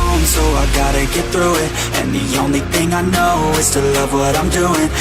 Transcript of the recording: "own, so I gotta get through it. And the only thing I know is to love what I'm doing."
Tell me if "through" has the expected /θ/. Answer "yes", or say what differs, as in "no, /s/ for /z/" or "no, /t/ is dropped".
yes